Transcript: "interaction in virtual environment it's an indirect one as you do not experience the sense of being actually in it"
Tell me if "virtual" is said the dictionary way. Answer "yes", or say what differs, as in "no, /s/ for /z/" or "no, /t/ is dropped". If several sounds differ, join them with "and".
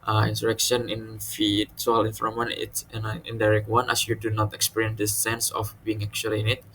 no, /f/ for /v/ and /s/ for /tʃ/